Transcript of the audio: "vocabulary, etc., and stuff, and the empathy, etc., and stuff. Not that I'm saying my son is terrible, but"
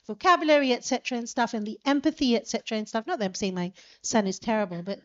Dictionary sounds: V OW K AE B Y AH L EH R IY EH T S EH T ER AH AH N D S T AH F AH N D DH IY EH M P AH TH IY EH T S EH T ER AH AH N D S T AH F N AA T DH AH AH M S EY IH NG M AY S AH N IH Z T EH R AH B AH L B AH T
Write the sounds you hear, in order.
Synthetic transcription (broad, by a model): V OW K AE B Y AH L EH R IY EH T S EH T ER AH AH N S T AH F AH N DH IY EH M P AH TH IY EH T S EH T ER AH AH N S T AH F N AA T DH AH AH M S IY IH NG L AY S AH N IH Z T EH R AH B AH L B AH T